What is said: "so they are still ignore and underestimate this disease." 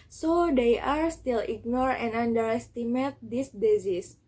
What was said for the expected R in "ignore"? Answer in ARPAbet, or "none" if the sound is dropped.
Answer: R